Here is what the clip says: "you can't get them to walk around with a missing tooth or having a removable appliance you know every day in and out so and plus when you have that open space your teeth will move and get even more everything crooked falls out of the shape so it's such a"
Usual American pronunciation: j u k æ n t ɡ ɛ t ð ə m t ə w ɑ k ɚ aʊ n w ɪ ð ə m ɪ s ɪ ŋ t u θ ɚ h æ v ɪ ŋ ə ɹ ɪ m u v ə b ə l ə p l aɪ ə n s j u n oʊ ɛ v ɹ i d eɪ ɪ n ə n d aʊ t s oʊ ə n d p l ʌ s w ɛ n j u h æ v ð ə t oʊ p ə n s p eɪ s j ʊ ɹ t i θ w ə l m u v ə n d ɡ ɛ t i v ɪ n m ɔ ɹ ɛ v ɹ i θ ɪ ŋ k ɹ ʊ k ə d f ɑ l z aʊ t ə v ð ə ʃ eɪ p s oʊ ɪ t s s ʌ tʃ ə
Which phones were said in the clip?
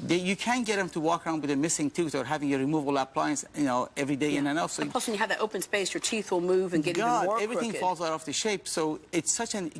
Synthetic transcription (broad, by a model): j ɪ k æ n ɡ ɛ t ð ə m t ə w ɑ k ɚ aʊ n w ɪ ð ə m ɪ s ɪ ŋ t u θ ɚ h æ v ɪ ŋ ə ɹ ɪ m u v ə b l ə p l aɪ ə n s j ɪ n oʊ ɛ v ɹ i d eɪ ɪ n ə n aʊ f s oʊ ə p ʌ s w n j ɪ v ð ə t oʊ p ə n s p eɪ s j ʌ ɹ t i θ w ə l m u v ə n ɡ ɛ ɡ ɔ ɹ ɛ v ɹ i θ ɪ ŋ f ɑ l z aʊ t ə f ð ə ʃ eɪ p s oʊ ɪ t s s ʌ tʃ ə